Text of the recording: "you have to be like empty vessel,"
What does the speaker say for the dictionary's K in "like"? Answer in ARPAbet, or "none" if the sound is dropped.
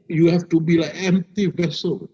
none